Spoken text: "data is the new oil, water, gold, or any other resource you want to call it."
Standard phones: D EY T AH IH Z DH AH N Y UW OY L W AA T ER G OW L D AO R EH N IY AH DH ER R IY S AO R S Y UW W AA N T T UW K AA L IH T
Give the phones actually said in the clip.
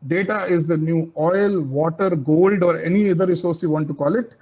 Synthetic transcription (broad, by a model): D EY T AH IH Z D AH N Y UW OY L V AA T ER G OW L D AO R EH N IY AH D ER R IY S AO R S Y UW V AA N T T UW K AA L IH T